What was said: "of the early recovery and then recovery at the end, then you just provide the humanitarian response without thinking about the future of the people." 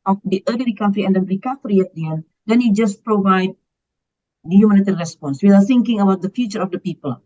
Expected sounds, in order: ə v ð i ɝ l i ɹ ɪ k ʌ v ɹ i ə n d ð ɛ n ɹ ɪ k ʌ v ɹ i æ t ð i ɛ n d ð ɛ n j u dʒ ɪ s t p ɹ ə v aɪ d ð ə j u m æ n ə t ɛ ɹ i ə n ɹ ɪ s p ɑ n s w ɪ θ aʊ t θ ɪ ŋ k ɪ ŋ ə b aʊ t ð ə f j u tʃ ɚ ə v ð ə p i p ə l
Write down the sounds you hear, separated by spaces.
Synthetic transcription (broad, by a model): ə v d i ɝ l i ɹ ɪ k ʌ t ɹ i ə n d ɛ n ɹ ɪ k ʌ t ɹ i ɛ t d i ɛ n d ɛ n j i dʒ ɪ s p ɹ ə v aɪ d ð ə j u m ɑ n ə t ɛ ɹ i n ɹ ɪ s p ɑ n s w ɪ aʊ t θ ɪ ŋ k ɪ ŋ ə b aʊ t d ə f j u tʃ ɚ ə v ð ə p i p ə l